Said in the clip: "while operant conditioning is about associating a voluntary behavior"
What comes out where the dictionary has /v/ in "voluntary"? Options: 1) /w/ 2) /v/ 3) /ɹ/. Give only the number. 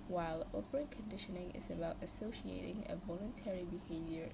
2